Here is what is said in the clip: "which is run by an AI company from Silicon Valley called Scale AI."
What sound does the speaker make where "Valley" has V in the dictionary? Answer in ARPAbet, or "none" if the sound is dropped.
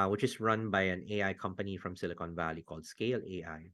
V